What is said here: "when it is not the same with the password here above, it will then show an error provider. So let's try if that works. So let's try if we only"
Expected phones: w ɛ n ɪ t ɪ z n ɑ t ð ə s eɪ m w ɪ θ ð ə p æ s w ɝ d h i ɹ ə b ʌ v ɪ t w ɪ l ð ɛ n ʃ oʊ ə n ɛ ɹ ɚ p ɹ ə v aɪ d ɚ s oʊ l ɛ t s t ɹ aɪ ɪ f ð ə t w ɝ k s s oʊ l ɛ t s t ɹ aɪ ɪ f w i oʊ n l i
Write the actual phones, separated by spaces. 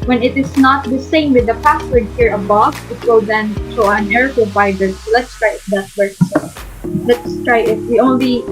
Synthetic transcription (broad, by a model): w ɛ n ɪ t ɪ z n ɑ t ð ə s eɪ m w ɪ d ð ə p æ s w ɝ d h i ɹ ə b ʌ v ɪ t w ɪ l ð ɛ n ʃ oʊ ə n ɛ ɹ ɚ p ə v aɪ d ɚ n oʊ l ɛ t s t ɹ aɪ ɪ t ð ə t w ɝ s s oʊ l ɛ t s t ɹ aɪ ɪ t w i oʊ n l i